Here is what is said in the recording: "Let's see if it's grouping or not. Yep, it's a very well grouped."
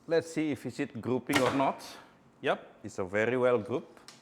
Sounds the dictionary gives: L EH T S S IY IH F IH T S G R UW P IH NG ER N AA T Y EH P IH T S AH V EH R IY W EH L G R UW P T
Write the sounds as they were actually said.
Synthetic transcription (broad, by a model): L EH T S S IY IH F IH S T G R UW P IH NG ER N AA T Y EH P IH T S AH V EH R IY W EH L G R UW P